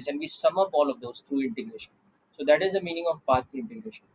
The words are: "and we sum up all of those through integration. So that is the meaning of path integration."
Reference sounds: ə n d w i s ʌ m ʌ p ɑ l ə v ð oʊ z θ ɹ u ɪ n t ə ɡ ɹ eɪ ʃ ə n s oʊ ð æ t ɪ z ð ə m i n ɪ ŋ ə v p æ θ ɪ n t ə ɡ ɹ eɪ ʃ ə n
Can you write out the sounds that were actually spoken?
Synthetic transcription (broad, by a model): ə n d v i s ʌ m ʌ p ɑ l ə v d oʊ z t ɹ u ɪ n t ə ɡ ɹ eɪ ʃ ə n s oʊ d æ t ɪ z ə m i n ɪ ŋ ə v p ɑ t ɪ n t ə ɡ ɹ eɪ ʃ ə n